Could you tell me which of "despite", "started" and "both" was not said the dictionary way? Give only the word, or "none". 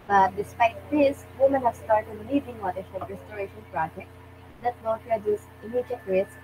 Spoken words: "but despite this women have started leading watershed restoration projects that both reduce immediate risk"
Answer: both